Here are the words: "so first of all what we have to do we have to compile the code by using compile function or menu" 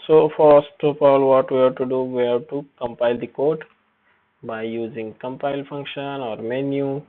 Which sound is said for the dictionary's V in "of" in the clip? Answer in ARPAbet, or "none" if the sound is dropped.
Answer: P